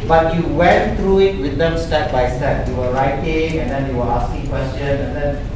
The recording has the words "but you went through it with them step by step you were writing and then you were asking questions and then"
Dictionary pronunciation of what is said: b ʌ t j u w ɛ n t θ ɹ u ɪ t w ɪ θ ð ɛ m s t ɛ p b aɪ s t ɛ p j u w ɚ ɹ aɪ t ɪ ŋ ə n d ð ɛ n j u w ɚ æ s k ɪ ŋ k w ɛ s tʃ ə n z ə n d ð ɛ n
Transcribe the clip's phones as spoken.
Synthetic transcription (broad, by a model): b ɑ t j u w ɛ n t ɹ u ɪ t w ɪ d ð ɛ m s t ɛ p b aɪ s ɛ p j u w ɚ ɹ aɪ t ɪ ŋ ə n d ɛ n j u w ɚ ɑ s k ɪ ŋ k w ɛ s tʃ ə n ə n d ɛ n